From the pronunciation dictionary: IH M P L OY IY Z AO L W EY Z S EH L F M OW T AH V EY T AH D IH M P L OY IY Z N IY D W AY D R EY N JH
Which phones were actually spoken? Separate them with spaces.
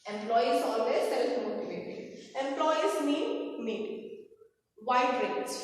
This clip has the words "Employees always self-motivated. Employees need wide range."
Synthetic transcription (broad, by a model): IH M P L OY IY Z AO L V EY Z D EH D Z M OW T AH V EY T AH IH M P L OY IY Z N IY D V AY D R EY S